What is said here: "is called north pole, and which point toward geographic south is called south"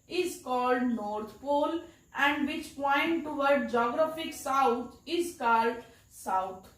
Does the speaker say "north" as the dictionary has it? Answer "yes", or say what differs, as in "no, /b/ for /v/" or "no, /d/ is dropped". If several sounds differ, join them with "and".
no, /t/ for /θ/